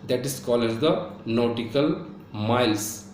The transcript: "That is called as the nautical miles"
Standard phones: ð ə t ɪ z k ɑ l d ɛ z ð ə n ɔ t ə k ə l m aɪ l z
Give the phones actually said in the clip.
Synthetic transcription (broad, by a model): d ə t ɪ s k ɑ l ɛ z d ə n ɔ t ə k ə l m aɪ l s